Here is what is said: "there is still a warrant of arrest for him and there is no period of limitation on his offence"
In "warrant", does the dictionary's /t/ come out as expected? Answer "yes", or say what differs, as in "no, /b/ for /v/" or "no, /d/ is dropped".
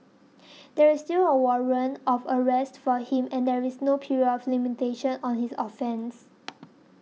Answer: no, /t/ is dropped